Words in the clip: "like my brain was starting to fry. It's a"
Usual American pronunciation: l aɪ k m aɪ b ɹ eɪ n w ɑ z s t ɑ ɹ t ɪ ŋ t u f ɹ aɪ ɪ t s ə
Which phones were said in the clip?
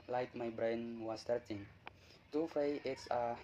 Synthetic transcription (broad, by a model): l aɪ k m aɪ b ɹ eɪ n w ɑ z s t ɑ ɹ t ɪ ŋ t u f aɪ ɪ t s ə